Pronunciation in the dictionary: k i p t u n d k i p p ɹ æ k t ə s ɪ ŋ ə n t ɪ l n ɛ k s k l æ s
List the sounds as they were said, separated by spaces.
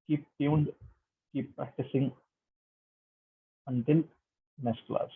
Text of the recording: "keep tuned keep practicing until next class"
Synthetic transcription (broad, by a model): k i p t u n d k i p p ɹ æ k t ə s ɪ ŋ ə n t ɪ l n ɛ s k l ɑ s